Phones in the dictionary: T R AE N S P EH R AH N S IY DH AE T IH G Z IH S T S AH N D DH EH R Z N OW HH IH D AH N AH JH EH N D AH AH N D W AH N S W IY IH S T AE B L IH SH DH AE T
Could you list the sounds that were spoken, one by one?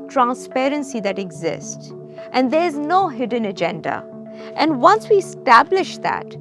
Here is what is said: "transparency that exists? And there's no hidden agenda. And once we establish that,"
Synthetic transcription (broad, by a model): T R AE N S P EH R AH N S IY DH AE T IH G Z IH S T S AH N D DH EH R Z N OW HH IH D AH N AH JH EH N D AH AH N D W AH N S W IY IH S T AE B L IH SH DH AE T